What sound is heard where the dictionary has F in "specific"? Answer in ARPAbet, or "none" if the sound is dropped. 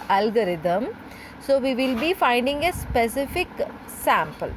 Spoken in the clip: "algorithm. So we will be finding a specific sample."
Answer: F